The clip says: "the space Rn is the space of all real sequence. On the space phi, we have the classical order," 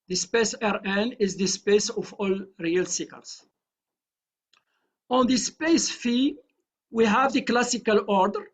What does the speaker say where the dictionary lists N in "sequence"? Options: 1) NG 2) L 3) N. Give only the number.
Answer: 2